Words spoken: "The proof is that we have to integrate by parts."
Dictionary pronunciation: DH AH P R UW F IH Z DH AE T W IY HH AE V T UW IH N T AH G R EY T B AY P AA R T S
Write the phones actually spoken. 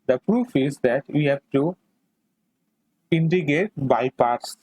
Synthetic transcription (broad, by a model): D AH P R UW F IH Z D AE T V IY HH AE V T UW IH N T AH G EY T B AY P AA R T S